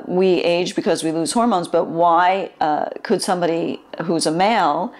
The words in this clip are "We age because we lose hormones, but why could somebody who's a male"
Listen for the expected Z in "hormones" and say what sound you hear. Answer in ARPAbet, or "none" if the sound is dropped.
Z